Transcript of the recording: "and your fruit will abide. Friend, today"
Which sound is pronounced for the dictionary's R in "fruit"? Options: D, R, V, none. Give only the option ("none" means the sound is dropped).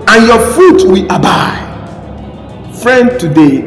none